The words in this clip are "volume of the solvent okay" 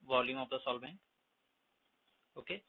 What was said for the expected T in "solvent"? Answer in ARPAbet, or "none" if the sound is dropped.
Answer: none